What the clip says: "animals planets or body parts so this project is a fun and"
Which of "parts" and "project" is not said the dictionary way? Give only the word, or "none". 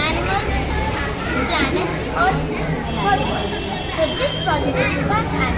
parts